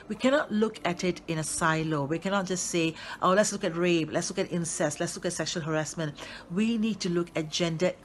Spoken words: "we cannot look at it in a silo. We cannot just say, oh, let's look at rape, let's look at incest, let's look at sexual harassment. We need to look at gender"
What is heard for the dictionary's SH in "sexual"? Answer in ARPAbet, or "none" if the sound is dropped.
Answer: SH